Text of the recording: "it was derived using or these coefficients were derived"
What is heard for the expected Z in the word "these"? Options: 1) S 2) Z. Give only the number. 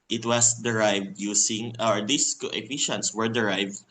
1